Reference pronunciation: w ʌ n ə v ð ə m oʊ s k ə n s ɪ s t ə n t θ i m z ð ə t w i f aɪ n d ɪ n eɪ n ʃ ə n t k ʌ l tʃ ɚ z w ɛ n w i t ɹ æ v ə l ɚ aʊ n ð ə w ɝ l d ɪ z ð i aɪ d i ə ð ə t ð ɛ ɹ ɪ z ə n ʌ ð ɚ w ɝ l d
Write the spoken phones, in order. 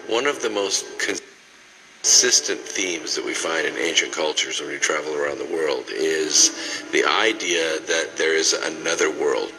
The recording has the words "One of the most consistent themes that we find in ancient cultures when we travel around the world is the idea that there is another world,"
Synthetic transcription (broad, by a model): w ʌ n ə v ð ə m oʊ s k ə n s ɪ s t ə n θ i m z ð ə t w i f aɪ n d ɪ n eɪ n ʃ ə n k ʌ l tʃ ɚ z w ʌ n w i t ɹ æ v l ɚ aʊ n ð ə w ɝ l d ɪ z ð i aɪ d i ə ð ə t ð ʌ ɹ ɪ z ə n ʌ ð ɚ w ɝ l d